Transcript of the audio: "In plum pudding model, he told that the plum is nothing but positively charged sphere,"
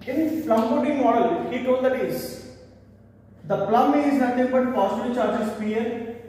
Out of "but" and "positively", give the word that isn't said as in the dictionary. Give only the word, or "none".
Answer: positively